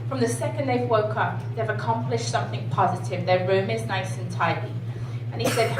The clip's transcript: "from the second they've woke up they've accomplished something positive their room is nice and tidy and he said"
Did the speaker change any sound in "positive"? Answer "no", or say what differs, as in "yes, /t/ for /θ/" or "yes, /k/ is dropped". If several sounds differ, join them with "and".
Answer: no